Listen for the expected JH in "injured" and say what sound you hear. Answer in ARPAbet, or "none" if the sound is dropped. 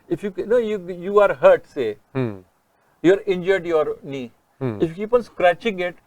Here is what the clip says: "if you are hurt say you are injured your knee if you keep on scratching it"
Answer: JH